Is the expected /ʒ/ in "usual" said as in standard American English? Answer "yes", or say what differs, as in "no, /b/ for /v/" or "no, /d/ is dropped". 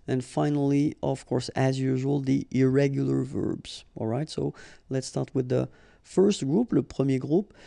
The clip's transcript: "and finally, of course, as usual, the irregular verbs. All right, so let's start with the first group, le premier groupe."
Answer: yes